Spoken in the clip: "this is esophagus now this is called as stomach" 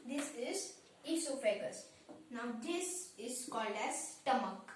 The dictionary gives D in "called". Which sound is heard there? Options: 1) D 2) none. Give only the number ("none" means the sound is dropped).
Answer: 1